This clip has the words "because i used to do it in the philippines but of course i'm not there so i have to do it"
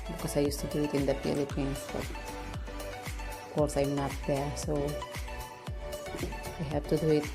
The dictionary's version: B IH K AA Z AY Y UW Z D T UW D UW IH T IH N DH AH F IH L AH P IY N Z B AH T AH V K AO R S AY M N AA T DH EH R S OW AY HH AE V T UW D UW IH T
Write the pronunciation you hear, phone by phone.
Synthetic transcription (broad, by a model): B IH K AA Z AY Y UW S T UW D UW IH T IH N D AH P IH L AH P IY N B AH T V K AO R S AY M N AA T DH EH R S OW AY HH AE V T UW D UW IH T